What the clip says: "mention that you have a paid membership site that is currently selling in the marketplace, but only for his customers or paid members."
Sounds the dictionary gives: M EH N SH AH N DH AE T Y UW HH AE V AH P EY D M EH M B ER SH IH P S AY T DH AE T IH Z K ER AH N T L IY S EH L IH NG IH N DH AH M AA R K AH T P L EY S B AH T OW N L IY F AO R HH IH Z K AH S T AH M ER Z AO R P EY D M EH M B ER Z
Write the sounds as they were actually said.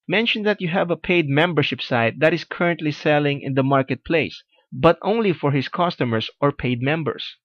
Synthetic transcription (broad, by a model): M EH N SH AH N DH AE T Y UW HH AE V AH P EY D M EH M B ER SH IH P S AY T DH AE T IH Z K ER AH N T L IY S EH L IH NG IH N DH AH M AA R K AH T P L EY S B AH T OW N L IY F AO R HH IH S K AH S T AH M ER S AO R P EY D M EH M B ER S